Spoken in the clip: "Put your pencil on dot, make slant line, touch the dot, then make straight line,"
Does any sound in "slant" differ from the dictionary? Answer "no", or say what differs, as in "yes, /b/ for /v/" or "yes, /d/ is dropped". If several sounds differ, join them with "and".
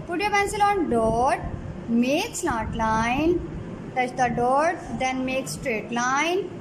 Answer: yes, /n/ is dropped